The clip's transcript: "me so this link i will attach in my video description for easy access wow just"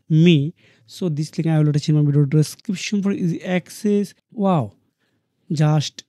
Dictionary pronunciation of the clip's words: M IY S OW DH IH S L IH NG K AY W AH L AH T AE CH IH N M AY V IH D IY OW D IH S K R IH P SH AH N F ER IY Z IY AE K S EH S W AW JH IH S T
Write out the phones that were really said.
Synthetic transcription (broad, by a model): M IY S OW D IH S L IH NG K AY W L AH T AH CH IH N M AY B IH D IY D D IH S K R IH P SH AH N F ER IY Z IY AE K S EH S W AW JH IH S T